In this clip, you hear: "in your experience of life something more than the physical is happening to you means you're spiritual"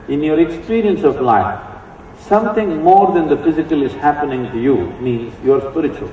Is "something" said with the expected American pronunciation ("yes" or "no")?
no